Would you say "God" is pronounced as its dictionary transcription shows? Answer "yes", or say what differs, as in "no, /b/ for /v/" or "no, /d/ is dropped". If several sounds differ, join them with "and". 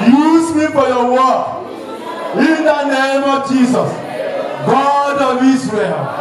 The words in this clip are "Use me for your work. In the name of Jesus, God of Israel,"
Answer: yes